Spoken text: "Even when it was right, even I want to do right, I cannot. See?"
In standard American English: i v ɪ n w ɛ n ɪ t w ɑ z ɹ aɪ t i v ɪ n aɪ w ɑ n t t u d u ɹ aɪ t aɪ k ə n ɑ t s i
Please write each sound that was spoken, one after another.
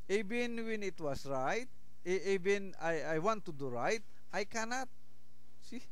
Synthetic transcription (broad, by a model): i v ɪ n w ɛ n ɪ t w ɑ s ɹ aɪ t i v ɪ n aɪ w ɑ n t t u d u ɹ aɪ t aɪ k ə n ɑ t s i